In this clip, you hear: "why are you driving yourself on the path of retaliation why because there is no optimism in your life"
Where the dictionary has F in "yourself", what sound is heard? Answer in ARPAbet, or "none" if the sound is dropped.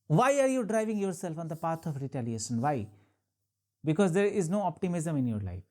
F